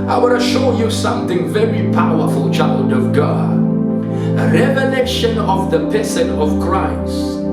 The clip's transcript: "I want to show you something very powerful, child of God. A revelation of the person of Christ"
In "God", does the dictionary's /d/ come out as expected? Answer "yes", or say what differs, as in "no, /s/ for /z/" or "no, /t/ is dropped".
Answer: no, /d/ is dropped